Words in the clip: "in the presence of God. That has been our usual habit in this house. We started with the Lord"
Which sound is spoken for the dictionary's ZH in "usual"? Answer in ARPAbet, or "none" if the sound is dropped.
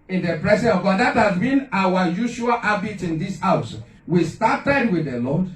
SH